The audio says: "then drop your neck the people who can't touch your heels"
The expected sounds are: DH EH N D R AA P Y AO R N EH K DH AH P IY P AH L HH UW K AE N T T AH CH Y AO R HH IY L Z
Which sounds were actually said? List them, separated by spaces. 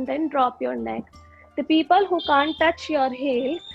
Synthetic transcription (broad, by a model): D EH N D R AA P Y AO R N EH K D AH P IY P AH L HH UW K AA N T T AH CH Y AO R HH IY L